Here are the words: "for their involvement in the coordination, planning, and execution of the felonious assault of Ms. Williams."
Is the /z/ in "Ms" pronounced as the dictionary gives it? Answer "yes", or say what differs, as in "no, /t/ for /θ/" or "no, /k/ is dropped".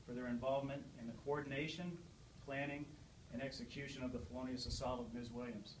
yes